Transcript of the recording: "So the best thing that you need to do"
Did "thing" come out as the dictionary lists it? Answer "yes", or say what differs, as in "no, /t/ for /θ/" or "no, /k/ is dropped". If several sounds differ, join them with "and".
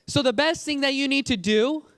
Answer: yes